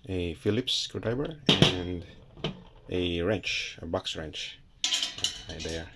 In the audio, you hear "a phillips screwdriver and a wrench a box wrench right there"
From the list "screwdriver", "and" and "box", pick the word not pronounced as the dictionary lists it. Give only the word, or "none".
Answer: screwdriver